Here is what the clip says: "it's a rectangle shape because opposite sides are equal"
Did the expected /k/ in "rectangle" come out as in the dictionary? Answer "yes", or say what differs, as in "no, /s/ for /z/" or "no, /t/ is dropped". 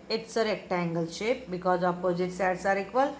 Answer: yes